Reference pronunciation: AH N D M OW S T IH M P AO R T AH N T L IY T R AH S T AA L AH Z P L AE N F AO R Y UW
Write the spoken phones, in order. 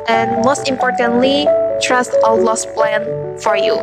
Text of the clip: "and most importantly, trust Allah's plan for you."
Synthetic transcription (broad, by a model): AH N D M OW S T IH M P AO R T AH N T L IY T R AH S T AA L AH S P L AE N F AO R Y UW